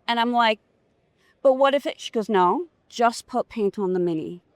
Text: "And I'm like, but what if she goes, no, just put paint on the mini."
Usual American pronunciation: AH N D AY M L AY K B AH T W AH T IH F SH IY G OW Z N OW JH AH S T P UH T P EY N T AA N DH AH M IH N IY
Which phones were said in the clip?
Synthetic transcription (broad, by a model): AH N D AY M L AY K B AH T W AH T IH F SH IY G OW Z N OW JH AH S P UH T P EY N T N DH AH M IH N IY